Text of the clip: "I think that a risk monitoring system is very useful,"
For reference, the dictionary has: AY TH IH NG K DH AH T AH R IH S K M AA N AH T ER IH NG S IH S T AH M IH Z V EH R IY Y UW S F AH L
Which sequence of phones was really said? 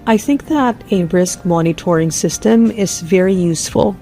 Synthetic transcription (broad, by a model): AY TH IH NG K DH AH T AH R IH S K M AA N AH T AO IH NG S IH S T AH M IH Z V EH R IY Y UW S F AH L